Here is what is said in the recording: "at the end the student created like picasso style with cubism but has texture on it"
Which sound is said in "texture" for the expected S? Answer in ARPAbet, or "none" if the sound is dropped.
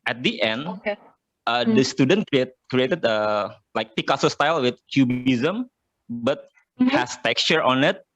S